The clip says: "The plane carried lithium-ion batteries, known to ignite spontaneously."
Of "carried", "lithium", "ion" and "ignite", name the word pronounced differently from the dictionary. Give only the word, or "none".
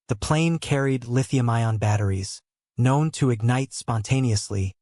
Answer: none